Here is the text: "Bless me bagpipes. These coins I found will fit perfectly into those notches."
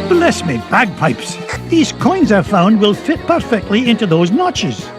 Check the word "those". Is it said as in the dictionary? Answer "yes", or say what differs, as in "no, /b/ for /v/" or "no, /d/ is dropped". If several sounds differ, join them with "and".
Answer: yes